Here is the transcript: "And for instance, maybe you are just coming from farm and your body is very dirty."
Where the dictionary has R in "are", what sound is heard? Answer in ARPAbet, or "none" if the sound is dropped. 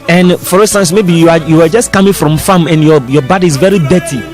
W